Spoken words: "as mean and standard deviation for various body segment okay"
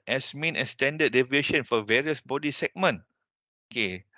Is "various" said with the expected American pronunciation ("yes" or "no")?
yes